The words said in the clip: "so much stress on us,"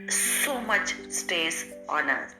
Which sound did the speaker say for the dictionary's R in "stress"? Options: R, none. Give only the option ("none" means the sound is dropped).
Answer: none